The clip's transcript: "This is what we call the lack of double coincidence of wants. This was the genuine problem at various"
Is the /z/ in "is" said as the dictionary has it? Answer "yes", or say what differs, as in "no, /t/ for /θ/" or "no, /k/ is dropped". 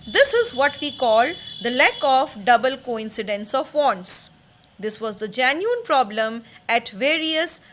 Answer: yes